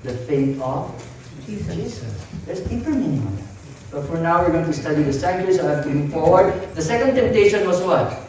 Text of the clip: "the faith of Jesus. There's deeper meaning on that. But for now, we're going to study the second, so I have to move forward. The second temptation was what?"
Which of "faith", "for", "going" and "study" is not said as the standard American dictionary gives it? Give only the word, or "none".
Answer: faith